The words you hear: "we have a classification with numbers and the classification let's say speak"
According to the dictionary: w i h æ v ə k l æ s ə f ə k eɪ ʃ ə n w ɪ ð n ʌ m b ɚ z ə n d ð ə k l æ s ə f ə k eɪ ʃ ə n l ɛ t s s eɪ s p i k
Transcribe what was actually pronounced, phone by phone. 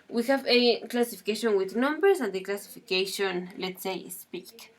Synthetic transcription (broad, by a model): w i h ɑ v ə k l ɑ s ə f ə k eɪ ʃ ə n w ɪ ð n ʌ m b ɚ s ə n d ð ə k l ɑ s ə f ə k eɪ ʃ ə n l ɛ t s s eɪ s p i k